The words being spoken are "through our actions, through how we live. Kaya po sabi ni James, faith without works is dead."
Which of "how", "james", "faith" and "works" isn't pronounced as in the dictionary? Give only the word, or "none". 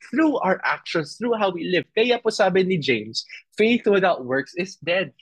james